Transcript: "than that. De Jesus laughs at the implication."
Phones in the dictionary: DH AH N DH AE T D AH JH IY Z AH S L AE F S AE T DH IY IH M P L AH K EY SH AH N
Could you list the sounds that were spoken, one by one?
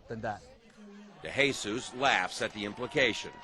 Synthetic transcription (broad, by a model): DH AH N DH AE T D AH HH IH S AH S L AE F S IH T DH IY IH M P L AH K EY SH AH N